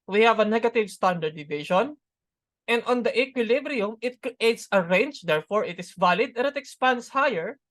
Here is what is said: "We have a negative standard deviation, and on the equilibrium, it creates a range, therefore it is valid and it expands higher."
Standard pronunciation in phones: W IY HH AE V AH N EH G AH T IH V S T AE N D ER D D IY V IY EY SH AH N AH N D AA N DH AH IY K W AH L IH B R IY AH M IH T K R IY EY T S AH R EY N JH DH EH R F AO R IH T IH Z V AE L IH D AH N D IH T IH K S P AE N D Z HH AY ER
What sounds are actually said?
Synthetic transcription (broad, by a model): W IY HH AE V AH N EH G AH T IH V S T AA N D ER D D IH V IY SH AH N AH N D AA N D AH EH K W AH L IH B R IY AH M IH T K R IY EY T S AH R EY N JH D EH R F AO R IH T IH S V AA L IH D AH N IH T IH K S P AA N D S HH AY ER